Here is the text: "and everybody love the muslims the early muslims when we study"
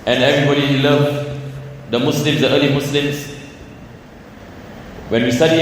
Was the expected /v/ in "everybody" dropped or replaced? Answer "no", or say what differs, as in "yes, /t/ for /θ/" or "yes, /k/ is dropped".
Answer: no